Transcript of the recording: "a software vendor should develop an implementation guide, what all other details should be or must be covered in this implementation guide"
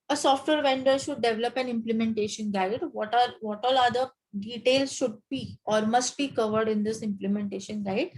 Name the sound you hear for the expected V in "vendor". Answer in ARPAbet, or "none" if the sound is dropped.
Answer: V